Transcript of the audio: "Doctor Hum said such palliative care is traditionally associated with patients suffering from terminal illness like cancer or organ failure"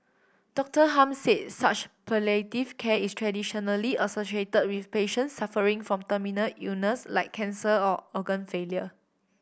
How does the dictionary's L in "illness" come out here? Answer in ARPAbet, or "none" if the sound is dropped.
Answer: none